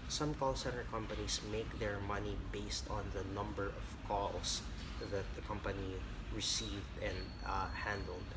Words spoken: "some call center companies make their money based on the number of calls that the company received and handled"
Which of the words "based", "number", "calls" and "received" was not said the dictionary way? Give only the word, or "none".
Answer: calls